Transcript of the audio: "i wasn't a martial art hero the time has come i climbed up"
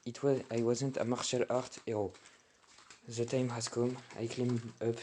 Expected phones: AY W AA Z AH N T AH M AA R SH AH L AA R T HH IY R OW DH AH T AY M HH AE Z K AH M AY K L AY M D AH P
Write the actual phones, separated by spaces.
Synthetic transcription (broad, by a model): AY W AA Z AH N T AH M AA R SH AH L AA R T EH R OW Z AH T AY M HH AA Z K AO M AY K L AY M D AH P